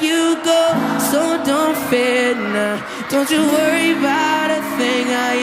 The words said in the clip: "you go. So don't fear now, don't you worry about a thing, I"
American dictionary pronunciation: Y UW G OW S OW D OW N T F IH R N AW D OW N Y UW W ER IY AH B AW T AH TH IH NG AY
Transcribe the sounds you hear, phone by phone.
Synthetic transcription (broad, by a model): Y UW G OW S OW D OW N T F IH N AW D OW N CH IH W ER IY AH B AW T AH TH IH NG AY